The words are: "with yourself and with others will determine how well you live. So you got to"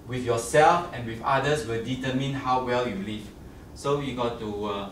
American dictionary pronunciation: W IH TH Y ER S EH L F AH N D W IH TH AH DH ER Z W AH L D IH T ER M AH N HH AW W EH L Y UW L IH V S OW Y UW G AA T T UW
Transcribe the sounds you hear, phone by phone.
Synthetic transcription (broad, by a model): W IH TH Y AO S EH L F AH N W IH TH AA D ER S W AH L D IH T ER M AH N HH AW W EH L Y UW L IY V S OW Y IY G AA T T UW